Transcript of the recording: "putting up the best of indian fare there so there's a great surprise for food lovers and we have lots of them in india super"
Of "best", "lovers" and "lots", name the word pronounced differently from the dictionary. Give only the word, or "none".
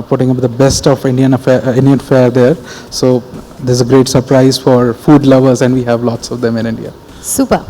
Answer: none